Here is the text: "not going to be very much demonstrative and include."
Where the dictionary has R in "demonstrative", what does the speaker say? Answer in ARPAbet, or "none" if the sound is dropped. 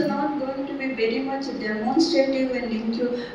none